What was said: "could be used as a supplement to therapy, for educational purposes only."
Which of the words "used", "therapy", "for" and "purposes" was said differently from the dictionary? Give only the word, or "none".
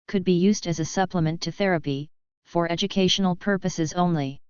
none